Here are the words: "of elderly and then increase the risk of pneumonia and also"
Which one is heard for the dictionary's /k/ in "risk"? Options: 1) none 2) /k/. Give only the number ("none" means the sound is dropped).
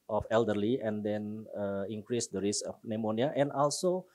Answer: 1